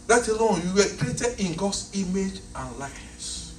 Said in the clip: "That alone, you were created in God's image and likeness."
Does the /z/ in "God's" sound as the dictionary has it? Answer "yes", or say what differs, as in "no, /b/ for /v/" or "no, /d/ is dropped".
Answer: no, /s/ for /z/